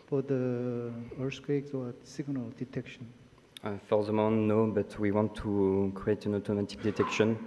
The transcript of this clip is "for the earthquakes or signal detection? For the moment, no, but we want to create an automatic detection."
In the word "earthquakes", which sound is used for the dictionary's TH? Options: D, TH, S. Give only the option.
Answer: S